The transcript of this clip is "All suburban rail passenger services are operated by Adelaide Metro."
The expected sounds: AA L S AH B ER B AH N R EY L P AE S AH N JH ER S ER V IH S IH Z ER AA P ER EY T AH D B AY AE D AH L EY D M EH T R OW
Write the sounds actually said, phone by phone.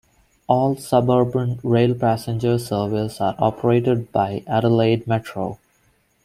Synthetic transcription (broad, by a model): AA L S AH B ER B AH N R EY L P AE S AH N JH ER S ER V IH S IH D AA P ER EY T AH D B AY AE D AH L EY D M EH T R OW